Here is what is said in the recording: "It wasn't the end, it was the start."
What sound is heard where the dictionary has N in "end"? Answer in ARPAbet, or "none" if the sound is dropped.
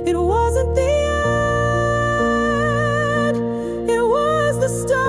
none